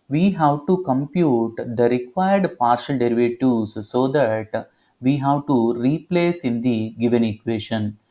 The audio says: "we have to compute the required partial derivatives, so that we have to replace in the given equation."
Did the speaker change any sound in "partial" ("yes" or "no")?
no